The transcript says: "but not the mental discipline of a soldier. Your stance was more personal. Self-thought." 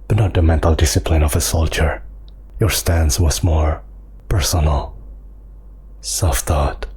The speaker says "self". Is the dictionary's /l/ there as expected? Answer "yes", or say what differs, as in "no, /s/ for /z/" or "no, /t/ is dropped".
no, /l/ is dropped